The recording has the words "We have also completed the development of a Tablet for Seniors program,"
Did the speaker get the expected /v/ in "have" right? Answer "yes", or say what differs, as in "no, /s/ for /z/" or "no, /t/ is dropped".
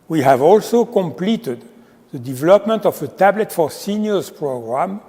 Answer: yes